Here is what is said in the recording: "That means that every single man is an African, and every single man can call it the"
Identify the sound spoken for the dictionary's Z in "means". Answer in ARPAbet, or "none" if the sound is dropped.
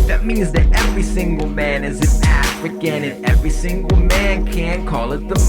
Z